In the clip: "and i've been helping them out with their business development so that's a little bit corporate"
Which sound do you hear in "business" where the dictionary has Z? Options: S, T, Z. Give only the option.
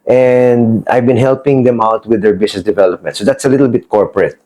S